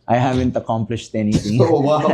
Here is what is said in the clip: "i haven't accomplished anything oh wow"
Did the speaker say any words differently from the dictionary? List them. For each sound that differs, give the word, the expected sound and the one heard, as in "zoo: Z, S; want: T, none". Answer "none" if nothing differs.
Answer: anything: TH, T